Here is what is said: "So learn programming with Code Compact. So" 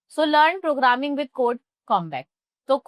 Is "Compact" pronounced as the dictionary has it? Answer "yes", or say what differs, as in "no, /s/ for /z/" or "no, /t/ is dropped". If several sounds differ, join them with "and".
no, /b/ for /p/